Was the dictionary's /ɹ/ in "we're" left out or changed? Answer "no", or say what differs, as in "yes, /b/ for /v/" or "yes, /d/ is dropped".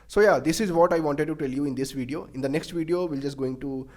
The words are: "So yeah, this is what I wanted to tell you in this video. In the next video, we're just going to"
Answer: yes, /l/ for /ɹ/